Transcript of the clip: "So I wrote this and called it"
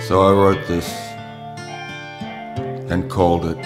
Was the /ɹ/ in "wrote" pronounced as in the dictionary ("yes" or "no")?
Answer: no